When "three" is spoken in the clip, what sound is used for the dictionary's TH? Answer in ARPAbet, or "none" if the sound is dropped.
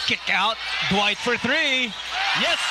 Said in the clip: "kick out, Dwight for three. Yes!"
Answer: TH